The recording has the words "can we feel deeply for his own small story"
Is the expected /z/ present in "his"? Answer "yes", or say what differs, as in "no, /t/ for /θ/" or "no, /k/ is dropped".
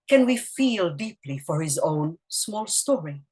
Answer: yes